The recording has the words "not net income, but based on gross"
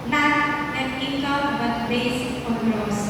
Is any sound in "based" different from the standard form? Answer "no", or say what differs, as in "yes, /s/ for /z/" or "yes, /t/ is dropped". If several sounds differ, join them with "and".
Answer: yes, /t/ is dropped